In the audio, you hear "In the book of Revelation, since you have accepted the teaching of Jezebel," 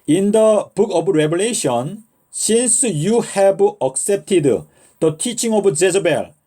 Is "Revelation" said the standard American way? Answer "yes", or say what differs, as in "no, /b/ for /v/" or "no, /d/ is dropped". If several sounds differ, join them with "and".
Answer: no, /b/ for /v/